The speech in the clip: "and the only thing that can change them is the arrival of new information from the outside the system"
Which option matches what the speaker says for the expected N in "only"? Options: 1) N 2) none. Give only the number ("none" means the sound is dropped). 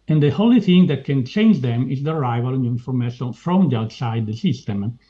2